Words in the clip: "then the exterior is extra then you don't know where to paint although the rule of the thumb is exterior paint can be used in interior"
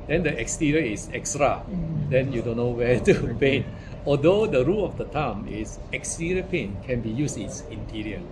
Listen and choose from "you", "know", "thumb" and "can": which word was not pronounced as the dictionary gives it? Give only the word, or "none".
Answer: thumb